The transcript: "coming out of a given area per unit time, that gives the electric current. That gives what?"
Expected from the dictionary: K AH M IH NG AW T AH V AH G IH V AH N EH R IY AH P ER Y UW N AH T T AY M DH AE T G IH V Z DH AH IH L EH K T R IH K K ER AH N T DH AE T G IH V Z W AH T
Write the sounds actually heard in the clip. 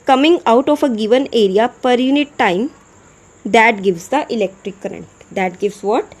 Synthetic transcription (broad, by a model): K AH M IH NG AW T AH F AH G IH V AH N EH R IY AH P ER Y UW N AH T T AY M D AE T G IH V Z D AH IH L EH K T R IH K K ER AH N T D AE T G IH V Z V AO T